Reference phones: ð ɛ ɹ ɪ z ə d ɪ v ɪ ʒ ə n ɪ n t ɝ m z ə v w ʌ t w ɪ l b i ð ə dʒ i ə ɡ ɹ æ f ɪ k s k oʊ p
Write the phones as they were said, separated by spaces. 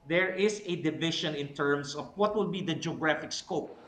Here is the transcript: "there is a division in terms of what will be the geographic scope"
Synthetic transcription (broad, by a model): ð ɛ ɹ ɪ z ə d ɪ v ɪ ʃ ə n ɪ n t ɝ m s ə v w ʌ t w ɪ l b i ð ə dʒ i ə ɡ ɹ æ f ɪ k s k oʊ p